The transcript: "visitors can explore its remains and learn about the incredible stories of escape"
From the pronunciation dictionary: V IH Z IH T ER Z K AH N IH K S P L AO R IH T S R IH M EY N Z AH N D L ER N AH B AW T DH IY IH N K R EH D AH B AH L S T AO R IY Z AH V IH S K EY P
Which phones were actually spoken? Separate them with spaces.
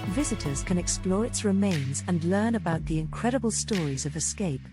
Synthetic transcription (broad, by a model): V IH Z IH T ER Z K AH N IH K S P L AO R IH T S R IH M EY N Z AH N L ER N AH B AW T DH IY IH N K R EH D AH B AH L S T AO R IY Z AH V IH S K EY P